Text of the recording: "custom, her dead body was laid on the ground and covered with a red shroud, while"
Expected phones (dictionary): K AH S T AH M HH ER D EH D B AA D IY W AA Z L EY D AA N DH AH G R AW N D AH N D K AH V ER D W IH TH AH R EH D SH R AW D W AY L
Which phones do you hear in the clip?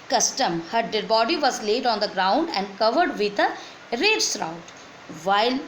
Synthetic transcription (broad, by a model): K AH S T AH M HH ER D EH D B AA D IY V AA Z L EY D AA N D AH G R AW N D AH N D K AH V ER D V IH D AH R EH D S R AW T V AY L